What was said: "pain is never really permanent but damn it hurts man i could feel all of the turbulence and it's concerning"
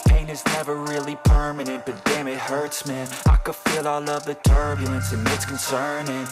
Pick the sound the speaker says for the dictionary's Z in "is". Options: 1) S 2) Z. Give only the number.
2